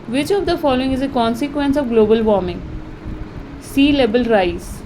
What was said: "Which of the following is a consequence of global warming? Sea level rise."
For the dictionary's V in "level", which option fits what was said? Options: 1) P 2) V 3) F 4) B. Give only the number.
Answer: 4